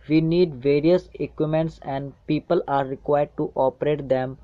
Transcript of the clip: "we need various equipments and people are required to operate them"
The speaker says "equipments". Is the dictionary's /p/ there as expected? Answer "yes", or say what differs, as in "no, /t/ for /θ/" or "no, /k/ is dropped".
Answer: no, /p/ is dropped